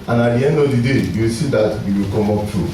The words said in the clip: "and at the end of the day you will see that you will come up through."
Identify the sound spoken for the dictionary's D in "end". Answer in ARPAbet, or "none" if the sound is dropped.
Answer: D